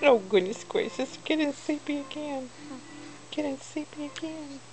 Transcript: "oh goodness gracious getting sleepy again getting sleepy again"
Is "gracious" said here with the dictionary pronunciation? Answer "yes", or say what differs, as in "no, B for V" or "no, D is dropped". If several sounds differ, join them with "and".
no, S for SH